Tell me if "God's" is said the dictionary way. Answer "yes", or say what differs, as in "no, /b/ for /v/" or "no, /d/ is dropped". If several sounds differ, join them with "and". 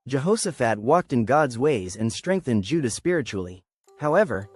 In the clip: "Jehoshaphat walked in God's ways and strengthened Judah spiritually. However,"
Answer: yes